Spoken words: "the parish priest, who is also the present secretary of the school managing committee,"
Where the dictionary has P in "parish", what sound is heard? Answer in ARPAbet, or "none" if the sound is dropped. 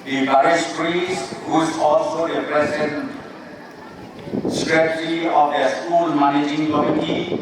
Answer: B